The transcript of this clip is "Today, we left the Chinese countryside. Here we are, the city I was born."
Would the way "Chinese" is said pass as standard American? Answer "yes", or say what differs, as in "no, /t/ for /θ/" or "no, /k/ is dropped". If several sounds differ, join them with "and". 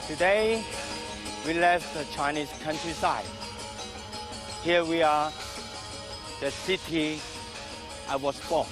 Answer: no, /s/ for /z/